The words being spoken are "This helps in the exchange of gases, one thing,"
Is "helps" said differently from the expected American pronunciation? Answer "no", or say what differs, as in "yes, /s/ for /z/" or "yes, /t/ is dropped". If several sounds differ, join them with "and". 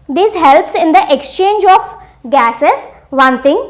no